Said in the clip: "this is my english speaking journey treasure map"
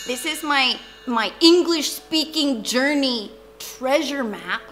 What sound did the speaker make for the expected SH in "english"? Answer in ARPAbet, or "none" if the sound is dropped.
SH